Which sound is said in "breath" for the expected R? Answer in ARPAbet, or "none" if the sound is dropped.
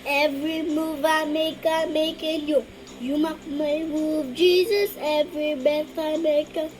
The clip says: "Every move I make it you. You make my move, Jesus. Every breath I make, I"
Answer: none